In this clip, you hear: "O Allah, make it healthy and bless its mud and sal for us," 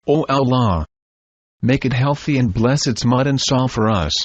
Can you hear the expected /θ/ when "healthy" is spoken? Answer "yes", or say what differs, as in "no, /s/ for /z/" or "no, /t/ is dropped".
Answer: yes